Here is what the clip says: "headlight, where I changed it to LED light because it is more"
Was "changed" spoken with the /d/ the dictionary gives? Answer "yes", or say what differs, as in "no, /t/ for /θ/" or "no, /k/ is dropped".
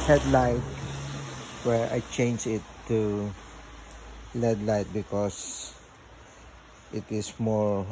no, /d/ is dropped